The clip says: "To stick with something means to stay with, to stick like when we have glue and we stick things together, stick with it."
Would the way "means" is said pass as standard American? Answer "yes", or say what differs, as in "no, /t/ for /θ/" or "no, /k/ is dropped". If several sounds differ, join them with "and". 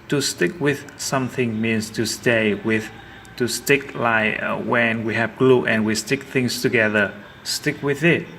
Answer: no, /s/ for /z/